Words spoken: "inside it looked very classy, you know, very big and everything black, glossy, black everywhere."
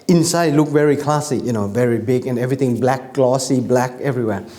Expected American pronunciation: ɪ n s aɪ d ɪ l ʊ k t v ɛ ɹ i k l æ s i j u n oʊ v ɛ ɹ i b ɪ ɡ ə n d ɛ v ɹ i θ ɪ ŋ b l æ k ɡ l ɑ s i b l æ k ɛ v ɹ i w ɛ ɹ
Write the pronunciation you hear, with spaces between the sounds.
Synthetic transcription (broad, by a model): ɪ n s aɪ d l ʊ k v ɛ ɹ i k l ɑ s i j u n oʊ v ɛ ɹ i b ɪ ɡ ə n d ɛ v ɹ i t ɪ ŋ b l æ k l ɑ s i b l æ k ɛ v ɹ i w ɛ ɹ